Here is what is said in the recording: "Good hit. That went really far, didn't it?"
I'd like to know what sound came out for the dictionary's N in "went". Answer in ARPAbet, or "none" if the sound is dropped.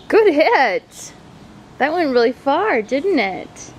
N